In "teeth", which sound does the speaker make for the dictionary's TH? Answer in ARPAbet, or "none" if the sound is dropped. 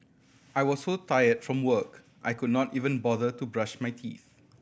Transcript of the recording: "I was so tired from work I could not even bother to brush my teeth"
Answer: TH